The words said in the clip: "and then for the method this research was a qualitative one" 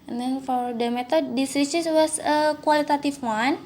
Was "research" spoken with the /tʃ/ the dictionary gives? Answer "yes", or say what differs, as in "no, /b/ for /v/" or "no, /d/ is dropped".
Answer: no, /s/ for /tʃ/